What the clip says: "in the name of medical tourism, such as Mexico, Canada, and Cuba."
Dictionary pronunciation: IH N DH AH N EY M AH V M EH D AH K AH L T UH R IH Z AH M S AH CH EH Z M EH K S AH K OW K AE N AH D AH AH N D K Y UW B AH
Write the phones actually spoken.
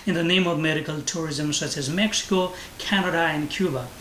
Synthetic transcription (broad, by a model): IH N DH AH N EY M AH V M EH D AH K AH L T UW R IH Z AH M S AH CH EH Z M EH K S AH K OW K AE N AH D AH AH N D K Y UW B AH